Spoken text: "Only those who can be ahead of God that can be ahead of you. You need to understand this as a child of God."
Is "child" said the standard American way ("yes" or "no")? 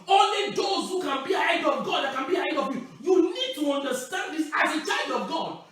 yes